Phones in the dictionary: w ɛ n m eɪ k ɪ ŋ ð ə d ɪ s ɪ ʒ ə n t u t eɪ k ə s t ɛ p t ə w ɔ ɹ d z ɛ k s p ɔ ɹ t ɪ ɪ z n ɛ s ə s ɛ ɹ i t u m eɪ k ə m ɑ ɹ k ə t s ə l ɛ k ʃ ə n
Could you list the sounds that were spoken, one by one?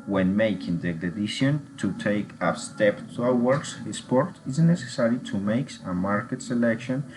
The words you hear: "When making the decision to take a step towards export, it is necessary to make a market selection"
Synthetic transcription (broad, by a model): w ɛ n m eɪ k ɪ ŋ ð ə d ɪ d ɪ ʃ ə n t u t eɪ k ə s t ɛ p t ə w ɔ ɹ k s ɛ s p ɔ ɹ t ɪ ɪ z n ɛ s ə s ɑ ɹ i t u m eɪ k ə m ɑ ɹ k ə t s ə l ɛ k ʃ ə n